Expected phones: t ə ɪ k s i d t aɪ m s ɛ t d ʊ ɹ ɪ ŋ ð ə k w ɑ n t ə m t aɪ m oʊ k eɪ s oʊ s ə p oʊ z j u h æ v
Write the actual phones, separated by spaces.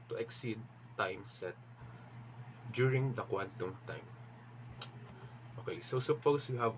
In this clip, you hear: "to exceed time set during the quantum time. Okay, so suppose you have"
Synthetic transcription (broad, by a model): t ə ɪ k s i d t aɪ m s ɛ t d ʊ ɹ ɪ ŋ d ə k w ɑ n t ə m t aɪ m oʊ k eɪ s oʊ s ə p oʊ s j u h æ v